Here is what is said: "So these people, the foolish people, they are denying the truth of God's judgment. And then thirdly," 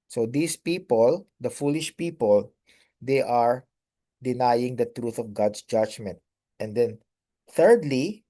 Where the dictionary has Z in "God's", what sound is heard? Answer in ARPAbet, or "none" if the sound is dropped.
S